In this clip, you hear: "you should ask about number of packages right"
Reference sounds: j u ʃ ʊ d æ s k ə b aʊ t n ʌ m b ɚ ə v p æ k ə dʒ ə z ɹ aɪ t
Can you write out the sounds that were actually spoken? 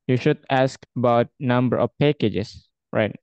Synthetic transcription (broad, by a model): j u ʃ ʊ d æ s k ə b aʊ t n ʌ m b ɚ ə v p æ k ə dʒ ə s ɹ aɪ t